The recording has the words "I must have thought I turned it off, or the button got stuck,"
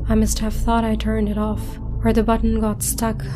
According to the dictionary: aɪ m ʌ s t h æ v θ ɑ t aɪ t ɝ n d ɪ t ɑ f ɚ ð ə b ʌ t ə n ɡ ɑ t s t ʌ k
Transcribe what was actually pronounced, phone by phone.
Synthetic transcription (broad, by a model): aɪ m ʌ s t h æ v θ ɑ t aɪ t ɝ n d ɪ t ɑ f ɚ ð ə b ʌ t n ɡ ɑ t s t ʌ k